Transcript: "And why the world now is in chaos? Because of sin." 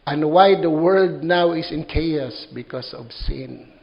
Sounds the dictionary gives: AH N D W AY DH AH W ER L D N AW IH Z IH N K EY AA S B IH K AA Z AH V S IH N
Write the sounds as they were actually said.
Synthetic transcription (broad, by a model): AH N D W AY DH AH W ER D N AW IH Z IH N K EY AA S B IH K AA S AH V S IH N